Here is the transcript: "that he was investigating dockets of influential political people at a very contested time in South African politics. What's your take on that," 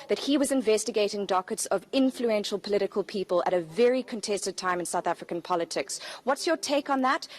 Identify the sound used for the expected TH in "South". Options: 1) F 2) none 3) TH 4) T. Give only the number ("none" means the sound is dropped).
3